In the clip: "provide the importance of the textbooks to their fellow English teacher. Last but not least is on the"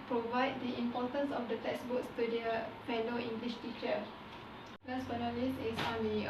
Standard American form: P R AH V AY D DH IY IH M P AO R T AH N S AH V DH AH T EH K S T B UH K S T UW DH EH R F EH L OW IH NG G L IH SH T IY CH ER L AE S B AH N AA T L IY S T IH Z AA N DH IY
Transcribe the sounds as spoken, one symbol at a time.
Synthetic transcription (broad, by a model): P R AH V AY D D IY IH M P AO T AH N S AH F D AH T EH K S B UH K S T UW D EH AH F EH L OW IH NG G L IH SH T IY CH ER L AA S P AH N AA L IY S IH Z AA N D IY